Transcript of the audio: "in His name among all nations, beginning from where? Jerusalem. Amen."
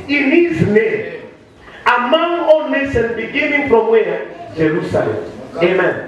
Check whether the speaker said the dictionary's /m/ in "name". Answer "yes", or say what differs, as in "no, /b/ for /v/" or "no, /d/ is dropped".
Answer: no, /m/ is dropped